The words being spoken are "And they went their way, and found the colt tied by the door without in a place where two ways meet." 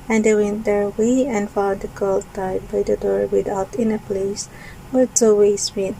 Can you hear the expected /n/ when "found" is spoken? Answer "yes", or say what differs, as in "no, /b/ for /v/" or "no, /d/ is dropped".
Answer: no, /n/ is dropped